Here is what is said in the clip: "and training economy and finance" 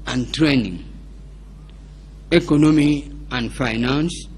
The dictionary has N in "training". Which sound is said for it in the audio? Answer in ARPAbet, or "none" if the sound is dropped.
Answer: N